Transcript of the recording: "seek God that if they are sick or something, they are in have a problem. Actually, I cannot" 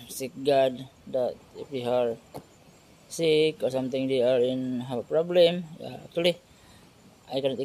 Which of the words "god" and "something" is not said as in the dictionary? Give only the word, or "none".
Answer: something